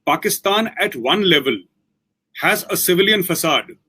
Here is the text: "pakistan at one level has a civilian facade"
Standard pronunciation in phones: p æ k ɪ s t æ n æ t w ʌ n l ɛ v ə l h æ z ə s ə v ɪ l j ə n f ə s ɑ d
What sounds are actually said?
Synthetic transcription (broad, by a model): p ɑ k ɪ s t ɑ n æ t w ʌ n l ɛ v ə l h æ z ə s ə v ɪ l j ə n f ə s ɑ d